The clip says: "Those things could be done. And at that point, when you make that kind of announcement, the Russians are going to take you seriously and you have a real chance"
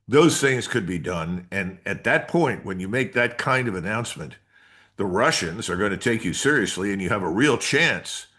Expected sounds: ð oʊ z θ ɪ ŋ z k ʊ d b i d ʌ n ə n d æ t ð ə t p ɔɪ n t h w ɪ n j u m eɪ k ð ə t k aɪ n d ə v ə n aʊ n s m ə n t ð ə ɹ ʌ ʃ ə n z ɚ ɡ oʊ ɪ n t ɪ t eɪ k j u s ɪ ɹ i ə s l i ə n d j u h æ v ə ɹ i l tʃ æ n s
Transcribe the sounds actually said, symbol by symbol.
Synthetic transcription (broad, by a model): ð oʊ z θ ɪ ŋ z k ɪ d b i d ʌ n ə n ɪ t ð ə t p ɔɪ n t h w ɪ n j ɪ m eɪ k ð ə t k aɪ n d ə v ə n aʊ n s m ə n t ð ə ɹ ʌ ʃ ə n z ɚ ɡ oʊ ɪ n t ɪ t eɪ k j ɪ s ɪ ɹ i ə s l i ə n j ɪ v ə ɹ i l tʃ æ n s